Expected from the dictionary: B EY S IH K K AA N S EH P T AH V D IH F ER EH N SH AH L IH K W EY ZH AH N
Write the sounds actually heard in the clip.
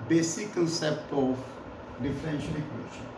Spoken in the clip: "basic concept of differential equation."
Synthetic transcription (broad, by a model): B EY S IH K K AA N S EH P T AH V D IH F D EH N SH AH N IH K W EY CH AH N